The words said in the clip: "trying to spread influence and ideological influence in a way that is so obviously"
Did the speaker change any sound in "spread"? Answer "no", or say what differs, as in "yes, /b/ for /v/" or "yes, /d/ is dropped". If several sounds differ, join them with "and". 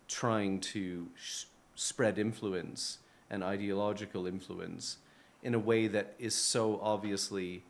no